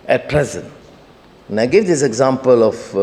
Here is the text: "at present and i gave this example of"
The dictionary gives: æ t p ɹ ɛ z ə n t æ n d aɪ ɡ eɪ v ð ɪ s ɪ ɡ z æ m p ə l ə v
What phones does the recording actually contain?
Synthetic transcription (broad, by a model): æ t p ɹ ɛ z ə n t n aɪ ɡ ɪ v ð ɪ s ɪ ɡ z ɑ m p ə l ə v